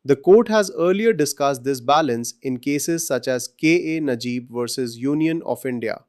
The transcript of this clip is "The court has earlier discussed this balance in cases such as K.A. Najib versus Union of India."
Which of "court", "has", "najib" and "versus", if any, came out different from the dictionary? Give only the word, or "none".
none